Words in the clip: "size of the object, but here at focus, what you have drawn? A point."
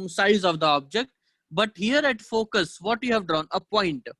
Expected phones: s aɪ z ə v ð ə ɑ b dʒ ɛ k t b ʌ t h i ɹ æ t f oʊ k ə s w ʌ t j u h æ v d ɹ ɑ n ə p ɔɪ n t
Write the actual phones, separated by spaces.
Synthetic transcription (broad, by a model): s aɪ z ə v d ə ɑ b dʒ ɛ k t b ʌ t h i ɹ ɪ t f oʊ k ə s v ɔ t j u h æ v d ɹ ɑ n ə p ɔɪ n t